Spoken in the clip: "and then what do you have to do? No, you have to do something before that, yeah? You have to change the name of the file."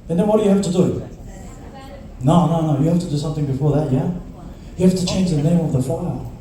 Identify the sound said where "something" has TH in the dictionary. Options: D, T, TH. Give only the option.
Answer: TH